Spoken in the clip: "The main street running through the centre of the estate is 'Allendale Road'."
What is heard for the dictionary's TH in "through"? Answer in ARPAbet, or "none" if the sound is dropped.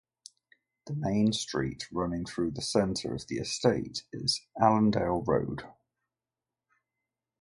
TH